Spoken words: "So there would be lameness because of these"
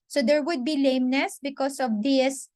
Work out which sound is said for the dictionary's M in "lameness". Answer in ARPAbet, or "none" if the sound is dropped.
M